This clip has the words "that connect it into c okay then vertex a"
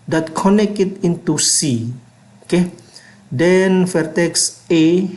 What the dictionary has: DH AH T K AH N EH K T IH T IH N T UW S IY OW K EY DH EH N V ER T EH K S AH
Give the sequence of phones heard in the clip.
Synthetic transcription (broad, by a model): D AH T K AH N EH K IH T IH N T UW S IY OW K EY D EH N F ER T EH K S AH